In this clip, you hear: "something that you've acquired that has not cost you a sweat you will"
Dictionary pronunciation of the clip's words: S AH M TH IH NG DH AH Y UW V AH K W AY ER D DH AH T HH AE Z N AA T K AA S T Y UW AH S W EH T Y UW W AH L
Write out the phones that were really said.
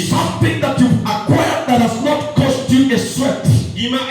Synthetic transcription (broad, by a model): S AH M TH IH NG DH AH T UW AH K W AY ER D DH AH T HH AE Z N AA T K AA S T Y UW AH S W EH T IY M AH